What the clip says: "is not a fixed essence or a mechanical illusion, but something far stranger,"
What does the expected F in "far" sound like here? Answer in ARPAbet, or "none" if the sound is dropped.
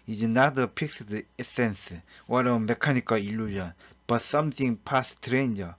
P